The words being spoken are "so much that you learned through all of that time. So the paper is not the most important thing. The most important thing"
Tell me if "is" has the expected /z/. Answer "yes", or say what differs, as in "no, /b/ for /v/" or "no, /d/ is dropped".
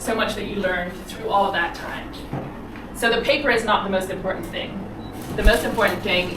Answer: yes